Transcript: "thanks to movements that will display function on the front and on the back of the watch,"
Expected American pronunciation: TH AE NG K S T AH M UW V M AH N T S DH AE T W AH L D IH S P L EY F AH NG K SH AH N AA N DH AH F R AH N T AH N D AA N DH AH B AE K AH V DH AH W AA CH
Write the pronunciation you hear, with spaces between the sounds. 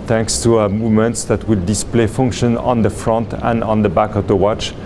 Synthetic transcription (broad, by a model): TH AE NG K S T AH M UW V M AH N T S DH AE T W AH D IH S P L EY F AH NG K SH AH N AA N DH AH F R AH N T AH N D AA N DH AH B AE K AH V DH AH W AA CH